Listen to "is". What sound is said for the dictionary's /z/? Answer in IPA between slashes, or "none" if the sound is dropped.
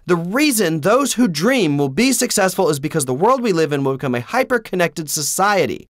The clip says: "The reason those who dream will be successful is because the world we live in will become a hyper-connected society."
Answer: /z/